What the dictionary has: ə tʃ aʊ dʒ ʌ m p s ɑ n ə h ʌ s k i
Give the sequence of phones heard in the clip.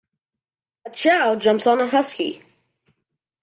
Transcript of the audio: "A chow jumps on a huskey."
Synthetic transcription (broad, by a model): ə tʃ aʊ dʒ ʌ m s ɑ n ə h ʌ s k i